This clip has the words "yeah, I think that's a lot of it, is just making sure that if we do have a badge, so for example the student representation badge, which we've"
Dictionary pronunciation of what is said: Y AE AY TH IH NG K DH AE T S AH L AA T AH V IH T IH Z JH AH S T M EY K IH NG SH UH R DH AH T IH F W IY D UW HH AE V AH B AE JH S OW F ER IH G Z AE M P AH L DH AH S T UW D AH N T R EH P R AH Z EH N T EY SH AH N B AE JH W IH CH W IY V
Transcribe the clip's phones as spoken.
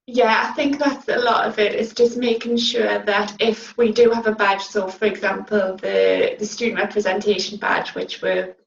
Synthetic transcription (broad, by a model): Y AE AY TH IH NG K DH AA T S AH L AA T AH V IH T IH S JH AH S M EY K IH NG SH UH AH DH AH T IH F W IY D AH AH V AH B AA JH S OW F ER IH G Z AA M P AH L DH AH S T UW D N T R EH P R AH Z EH N T EY SH AH N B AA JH W IH CH W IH